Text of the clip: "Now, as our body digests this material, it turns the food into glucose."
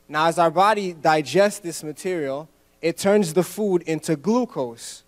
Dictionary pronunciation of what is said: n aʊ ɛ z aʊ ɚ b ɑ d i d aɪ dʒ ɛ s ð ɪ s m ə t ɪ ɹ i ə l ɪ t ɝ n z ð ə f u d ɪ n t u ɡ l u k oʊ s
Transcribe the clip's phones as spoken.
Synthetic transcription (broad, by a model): n aʊ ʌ z aʊ ɚ b ɑ d i d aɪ dʒ ɛ s ð ɪ s m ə t ɪ ɹ i l ɪ t ɝ n z ð ə f u d ɪ n t u ɡ l u k oʊ s